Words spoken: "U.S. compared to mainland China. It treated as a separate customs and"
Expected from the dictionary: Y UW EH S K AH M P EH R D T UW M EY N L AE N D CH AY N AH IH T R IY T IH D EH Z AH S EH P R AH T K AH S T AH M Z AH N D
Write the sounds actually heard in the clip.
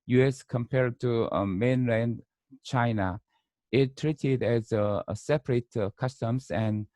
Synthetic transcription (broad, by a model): Y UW EH S K AH M P EH R D T UW M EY N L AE N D CH AY N AH IH T R IY T IH D EH Z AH S EH P R AH T K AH S T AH M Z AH N